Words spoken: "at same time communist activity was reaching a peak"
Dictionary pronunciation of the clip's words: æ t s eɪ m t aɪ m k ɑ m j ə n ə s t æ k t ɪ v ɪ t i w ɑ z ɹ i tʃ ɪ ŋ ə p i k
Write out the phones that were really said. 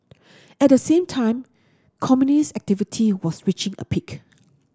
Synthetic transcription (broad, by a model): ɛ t s eɪ m t aɪ m k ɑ m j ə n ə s æ k t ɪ v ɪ t i w ɑ s ɹ i tʃ ɪ ŋ ə p i k